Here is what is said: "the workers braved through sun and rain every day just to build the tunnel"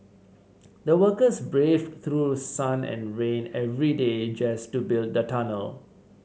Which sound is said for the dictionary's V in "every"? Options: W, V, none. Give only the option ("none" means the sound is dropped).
V